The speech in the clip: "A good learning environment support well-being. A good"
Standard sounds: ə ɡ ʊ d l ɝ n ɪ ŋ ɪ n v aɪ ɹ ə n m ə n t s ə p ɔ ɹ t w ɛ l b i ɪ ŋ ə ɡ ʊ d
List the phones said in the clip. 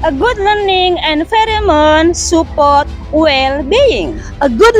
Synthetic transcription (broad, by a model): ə ɡ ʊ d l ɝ n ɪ ŋ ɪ n f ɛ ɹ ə m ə n s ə p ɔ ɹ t w ɛ l b i ɪ ŋ ə ɡ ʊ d